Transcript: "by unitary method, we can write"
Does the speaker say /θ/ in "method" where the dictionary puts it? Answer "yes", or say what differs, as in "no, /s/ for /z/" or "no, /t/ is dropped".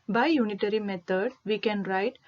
no, /t/ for /θ/